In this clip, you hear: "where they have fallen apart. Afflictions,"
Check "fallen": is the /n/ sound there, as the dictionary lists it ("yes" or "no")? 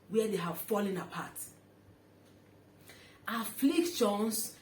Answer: yes